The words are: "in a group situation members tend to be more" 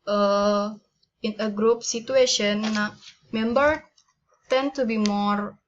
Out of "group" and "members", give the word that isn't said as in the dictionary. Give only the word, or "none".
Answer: members